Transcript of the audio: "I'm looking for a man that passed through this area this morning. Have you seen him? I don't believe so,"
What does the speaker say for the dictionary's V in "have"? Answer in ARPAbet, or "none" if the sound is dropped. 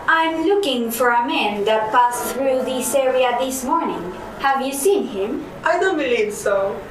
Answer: V